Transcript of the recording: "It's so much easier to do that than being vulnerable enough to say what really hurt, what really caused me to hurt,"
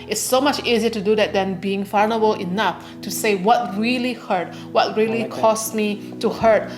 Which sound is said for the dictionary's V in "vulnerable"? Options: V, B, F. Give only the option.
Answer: F